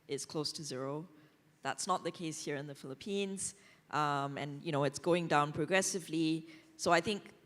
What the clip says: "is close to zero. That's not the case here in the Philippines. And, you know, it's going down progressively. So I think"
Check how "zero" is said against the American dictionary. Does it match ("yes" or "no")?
yes